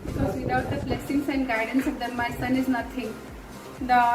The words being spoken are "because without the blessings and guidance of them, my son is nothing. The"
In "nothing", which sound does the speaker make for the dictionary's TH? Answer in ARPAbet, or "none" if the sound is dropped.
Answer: T